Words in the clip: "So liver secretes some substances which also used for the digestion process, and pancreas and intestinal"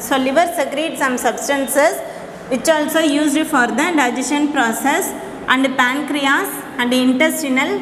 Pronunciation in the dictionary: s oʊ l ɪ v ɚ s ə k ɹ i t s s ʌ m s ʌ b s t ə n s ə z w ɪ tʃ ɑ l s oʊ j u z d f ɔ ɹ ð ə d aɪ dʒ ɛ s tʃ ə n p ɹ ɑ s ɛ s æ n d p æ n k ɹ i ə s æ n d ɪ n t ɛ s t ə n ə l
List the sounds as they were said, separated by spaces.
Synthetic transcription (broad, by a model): s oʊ l ɪ v ɚ s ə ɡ ɹ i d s s ʌ m s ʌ b s t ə n s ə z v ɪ tʃ ɑ l s oʊ j u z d f ɔ ɹ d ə d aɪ dʒ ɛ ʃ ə n p ɹ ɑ s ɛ s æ n d p æ n k ɹ i ə s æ n d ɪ n t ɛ s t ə n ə l